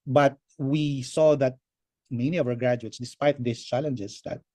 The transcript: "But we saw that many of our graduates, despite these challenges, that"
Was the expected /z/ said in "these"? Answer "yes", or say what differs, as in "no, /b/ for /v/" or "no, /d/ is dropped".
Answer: no, /s/ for /z/